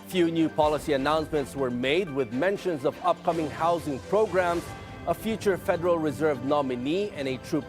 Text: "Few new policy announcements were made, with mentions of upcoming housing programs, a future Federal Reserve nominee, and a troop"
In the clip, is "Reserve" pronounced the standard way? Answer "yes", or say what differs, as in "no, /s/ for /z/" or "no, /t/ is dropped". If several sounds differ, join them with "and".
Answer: yes